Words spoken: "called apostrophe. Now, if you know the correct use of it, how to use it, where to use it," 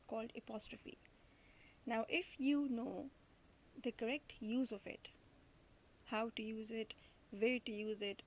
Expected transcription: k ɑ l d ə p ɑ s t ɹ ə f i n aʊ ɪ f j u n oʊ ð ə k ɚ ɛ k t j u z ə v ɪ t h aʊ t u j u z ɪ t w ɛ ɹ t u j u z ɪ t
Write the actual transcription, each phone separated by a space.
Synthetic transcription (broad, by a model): k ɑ l d ə p ɑ s t ɹ ə f i n aʊ ɪ f j u n oʊ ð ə k ɚ ɛ k t j u z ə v ɪ t h aʊ t u j u z ɪ t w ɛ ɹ t u j u z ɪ t